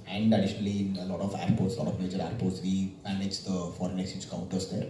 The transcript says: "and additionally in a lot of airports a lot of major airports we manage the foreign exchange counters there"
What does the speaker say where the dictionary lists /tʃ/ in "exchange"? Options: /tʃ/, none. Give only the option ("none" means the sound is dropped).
none